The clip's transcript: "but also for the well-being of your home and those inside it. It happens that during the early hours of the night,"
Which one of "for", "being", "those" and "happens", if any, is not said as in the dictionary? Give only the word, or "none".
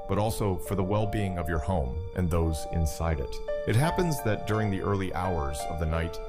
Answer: none